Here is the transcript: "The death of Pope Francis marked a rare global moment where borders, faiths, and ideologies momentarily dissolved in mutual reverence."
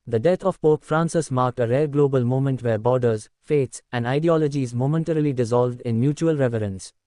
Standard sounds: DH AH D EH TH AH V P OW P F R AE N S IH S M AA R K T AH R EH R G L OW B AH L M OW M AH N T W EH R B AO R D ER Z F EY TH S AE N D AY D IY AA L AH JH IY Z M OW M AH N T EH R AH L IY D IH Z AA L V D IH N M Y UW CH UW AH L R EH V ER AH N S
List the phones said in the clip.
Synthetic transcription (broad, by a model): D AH D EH T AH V P OW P F R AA N S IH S M AA R K T AH R EH R G L OW B AH L M OW M AH N T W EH R B AO R D ER Z F EY T S AE N D AY D IY AA L AH JH IY Z M OW M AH N T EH R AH L IY D IH Z AA L V D IH N M Y UW CH UW AH L R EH V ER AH N S